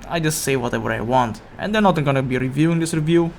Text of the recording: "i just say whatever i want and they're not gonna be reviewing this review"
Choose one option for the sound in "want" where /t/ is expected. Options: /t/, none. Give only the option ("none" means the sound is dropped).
/t/